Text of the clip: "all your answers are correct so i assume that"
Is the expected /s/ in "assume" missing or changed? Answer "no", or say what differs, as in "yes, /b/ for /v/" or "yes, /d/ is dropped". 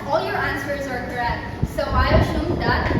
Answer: yes, /ʃ/ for /s/